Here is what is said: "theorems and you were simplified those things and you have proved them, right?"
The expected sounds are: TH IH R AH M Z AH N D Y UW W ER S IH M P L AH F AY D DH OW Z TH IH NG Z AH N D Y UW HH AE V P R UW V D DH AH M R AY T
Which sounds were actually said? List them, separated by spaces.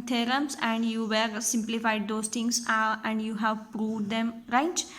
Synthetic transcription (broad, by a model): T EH R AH M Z AH N D Y UW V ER S IH M P L AH F AY D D OW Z T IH NG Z AH N D Y UW HH AE V P R UW V D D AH M R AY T